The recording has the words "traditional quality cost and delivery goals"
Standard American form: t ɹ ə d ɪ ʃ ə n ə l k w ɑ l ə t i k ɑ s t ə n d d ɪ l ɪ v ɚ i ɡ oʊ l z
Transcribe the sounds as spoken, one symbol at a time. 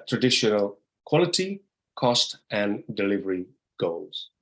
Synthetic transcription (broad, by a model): t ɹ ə d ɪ ʃ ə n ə l k w ɑ l ə t i k ɑ s t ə n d d ɪ l ɪ v ɚ i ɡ oʊ l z